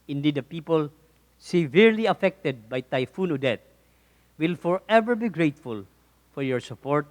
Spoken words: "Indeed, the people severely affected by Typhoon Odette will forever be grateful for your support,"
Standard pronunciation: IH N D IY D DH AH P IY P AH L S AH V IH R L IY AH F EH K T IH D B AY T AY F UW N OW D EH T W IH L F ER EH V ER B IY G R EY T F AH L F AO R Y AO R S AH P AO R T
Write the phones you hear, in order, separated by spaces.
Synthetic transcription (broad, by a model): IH N D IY D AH P IY P AH L S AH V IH R L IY AH F EH K T IH D B AY T AY F UW N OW D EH T W IH L F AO EH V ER B IY G R EY T F AH L F AO R Y AO R S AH P AO R T